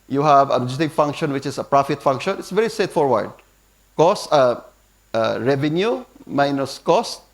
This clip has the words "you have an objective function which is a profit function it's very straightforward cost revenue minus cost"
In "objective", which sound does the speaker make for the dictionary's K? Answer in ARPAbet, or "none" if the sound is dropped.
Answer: none